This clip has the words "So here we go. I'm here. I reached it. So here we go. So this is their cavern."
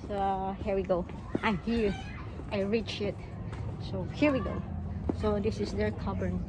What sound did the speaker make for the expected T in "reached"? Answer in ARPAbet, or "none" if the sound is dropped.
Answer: none